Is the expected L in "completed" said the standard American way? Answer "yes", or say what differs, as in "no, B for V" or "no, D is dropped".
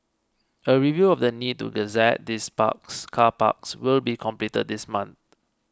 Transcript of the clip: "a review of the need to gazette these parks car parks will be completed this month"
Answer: yes